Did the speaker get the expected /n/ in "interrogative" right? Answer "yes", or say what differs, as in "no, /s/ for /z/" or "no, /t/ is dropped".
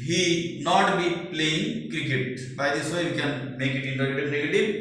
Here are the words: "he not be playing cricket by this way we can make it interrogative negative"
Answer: no, /n/ is dropped